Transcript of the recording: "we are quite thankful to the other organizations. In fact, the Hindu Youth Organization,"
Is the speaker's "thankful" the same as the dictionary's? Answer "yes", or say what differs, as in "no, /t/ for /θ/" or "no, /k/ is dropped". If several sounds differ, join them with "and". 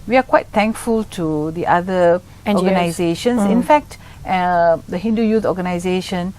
no, /t/ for /θ/